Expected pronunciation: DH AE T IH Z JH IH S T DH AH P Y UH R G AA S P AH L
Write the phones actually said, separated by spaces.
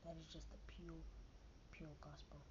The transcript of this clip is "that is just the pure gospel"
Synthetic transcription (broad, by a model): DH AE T IH Z JH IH S T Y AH P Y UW L G AA S P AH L